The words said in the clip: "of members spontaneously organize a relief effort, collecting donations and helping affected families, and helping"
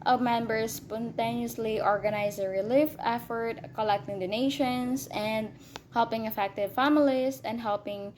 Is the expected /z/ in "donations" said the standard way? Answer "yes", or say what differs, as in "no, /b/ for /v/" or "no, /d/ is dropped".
no, /s/ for /z/